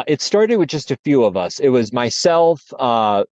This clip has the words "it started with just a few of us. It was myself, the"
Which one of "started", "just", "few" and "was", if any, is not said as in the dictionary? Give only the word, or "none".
none